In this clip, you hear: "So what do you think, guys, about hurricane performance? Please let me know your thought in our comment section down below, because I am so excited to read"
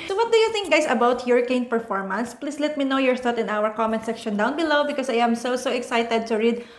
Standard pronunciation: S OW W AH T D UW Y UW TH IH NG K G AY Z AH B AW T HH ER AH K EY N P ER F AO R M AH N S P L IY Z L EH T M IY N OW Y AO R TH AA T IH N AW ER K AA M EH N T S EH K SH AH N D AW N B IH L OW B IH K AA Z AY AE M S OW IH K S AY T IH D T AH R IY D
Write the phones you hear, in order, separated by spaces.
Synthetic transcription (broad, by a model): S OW W AH T D UW Y UW TH IH NG K G AY S AH B AW T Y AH K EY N P ER F AO R M AH N S P L IY S L EH T M IY N OW Y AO R T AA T IH N AW ER K AA M EH N T S EH K SH AH N D AW N B IH L OW B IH K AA S AY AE M S OW IH K S AY T IH D T AH R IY D